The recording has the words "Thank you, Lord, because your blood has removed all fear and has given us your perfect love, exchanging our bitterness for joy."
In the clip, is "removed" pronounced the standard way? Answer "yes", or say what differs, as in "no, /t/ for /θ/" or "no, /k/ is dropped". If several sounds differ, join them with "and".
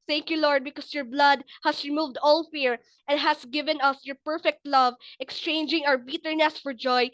yes